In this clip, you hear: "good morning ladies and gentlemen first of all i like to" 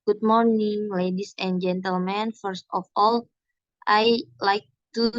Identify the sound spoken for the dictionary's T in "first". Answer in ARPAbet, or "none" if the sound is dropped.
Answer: T